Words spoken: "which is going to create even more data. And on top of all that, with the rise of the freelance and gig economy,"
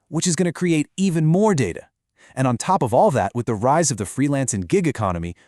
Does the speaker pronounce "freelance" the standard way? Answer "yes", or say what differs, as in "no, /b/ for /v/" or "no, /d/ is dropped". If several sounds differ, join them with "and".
yes